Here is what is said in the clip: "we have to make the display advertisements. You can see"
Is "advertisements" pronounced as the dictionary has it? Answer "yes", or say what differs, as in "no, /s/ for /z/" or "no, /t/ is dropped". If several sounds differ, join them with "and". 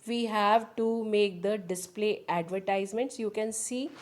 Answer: yes